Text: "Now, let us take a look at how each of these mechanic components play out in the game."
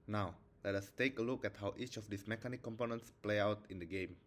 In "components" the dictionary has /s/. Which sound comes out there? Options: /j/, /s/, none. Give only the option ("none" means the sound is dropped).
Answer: /s/